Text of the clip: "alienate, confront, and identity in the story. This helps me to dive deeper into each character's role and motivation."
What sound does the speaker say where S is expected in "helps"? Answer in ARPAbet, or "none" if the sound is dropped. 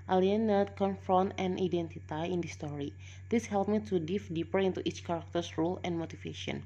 none